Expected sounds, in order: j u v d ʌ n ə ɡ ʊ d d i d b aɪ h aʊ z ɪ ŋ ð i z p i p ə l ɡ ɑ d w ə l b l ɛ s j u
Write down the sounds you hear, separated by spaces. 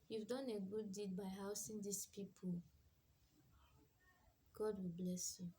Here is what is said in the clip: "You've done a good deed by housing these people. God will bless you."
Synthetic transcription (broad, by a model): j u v d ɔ n ə ɡ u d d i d b aɪ h aʊ s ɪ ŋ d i s p i p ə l ɡ ɑ d w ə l b l ɛ s j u